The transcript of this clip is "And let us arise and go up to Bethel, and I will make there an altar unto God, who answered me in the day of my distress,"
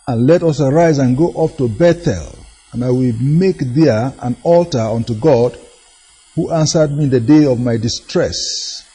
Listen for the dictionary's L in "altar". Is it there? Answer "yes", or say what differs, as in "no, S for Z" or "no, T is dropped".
yes